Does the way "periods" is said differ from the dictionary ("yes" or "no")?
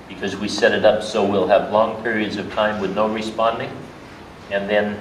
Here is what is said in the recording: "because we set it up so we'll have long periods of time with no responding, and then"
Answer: no